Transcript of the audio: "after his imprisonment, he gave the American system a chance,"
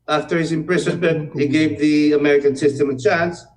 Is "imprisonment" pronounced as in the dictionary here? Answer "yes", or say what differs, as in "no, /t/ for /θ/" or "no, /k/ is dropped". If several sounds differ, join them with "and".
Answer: no, /s/ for /z/